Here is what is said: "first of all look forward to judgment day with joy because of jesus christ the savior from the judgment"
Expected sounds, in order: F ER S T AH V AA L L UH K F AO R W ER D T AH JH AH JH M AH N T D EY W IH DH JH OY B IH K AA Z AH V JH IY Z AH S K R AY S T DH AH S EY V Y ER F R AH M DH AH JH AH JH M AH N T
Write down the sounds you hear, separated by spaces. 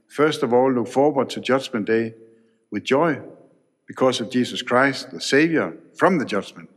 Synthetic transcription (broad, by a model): F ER S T AH V AA L L UH K F AO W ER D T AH JH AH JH M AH N D EY W IH DH JH OY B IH K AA S AH V JH IY S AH S K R AY S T DH AH S EY V Y ER F R AH M DH AH JH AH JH M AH N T